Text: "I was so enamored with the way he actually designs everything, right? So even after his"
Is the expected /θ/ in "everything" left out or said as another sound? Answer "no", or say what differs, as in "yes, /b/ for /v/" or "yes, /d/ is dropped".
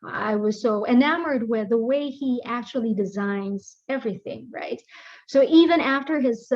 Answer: no